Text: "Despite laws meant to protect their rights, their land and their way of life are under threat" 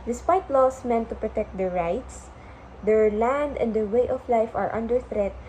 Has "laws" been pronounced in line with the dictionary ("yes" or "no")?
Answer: no